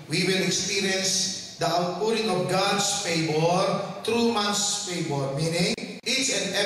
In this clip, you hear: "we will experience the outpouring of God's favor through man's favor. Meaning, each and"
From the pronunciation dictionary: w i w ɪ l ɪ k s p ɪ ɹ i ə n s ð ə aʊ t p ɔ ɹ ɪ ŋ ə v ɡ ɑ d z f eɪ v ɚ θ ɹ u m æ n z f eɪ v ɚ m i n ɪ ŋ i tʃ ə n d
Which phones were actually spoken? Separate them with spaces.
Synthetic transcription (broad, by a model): w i w ɪ l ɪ k s p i ɹ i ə n s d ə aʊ t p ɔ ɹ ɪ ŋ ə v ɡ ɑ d s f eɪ b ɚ t ɹ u m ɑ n s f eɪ b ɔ m i n ɪ ŋ i tʃ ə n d